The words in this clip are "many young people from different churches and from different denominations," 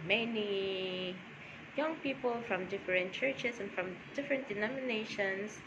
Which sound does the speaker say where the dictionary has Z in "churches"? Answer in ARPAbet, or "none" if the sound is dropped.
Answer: S